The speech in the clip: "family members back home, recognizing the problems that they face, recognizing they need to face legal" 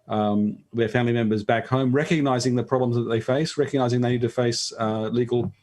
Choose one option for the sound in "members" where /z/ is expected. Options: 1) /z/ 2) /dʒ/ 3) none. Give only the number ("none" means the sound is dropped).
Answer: 1